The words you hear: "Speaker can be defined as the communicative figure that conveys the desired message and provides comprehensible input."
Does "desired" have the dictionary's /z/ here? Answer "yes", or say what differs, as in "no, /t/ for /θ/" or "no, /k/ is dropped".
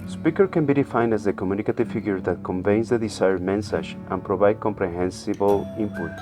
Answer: no, /s/ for /z/